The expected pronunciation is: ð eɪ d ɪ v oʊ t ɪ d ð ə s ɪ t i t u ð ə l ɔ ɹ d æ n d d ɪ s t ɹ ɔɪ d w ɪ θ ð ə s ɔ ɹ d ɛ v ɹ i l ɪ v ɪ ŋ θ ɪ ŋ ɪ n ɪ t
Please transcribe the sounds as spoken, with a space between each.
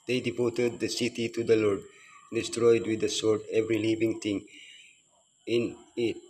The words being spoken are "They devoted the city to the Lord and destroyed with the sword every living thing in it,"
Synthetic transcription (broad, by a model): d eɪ d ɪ p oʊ t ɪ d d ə s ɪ t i t u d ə l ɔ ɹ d d d ɪ s t ɹ ɔɪ d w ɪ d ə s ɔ ɹ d ɛ v ɹ i l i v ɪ ŋ t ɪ ŋ ɪ n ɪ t